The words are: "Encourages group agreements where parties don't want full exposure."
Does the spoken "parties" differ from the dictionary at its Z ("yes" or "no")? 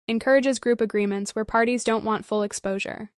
no